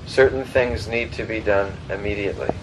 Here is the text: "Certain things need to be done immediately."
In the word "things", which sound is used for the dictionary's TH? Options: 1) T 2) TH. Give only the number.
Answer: 2